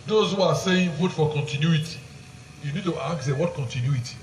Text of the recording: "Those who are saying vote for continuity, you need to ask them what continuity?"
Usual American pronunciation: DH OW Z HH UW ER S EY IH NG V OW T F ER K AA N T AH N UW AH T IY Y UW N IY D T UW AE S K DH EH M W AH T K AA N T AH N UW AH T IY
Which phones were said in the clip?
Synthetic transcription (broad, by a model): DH OW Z HH UW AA S EY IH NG F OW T F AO K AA N T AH N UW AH T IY Y UW N IY D T UW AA K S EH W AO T K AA N T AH N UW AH T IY